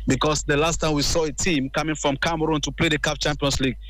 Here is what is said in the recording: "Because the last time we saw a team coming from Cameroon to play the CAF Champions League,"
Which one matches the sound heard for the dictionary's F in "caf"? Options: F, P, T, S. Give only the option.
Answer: P